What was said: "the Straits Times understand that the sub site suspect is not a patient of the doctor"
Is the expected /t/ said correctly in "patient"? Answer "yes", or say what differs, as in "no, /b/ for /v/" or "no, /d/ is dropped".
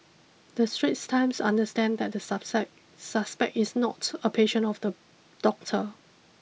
no, /t/ is dropped